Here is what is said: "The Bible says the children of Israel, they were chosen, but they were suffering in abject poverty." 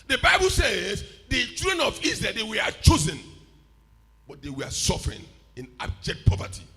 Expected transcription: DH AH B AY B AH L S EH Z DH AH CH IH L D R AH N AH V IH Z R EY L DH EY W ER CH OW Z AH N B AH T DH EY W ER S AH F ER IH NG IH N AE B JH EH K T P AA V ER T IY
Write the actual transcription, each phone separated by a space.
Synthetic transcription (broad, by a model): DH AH B AY B AH L S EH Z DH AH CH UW D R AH N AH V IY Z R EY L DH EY W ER CH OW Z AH N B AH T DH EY W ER S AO F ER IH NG IH N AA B JH EH K T P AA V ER T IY